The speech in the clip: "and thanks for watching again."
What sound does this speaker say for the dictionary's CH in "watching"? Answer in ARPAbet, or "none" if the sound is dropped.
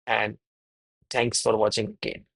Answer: CH